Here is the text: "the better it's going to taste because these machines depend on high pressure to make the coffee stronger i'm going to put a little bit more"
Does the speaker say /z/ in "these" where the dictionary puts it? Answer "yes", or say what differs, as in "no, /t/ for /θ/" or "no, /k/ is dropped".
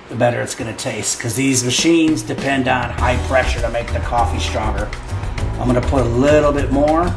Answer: yes